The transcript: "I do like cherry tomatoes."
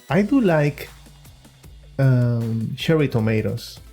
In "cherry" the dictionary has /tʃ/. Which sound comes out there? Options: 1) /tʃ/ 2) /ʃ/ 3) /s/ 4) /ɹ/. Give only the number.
2